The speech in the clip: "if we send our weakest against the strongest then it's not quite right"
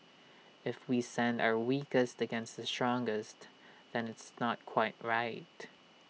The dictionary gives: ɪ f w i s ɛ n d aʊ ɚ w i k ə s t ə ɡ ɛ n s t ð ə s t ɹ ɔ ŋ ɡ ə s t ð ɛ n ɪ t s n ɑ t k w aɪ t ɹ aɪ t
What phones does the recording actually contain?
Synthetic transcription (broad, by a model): ɪ f w i s ɛ n d aʊ ɚ w i k ə s t ə ɡ ɛ n s t ð ə s t ɹ ɔ ŋ ɡ ə s t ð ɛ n ɪ t s n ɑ t k w aɪ t ɹ aɪ t